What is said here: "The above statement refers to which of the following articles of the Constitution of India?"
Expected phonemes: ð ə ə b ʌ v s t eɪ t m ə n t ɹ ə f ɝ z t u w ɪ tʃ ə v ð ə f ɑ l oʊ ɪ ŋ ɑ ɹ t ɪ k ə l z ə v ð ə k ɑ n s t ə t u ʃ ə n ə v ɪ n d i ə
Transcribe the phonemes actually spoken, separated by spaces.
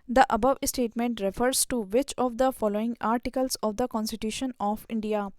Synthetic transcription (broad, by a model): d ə ə b ʌ v s t eɪ t m ə n t ɹ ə f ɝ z t u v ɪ tʃ ə v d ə f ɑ l oʊ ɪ ŋ ɑ ɹ t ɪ k ə l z ə v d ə k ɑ n s t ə t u ʃ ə n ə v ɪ n d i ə